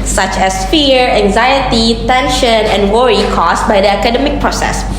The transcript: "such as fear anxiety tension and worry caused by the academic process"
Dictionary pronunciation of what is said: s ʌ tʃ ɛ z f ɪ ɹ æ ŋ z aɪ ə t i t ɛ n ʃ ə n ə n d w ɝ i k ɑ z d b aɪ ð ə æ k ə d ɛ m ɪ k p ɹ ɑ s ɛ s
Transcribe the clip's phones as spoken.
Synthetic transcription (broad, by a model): s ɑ tʃ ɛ s f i ɹ æ ŋ z aɪ ə t i t ɛ n ʃ ə n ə n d w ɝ i k ɑ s b aɪ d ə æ k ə d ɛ m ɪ k p ɹ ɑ s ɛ s